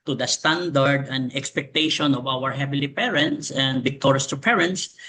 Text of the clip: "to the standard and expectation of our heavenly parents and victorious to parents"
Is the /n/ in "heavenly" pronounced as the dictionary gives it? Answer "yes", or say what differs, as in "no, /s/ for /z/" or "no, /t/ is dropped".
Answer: no, /n/ is dropped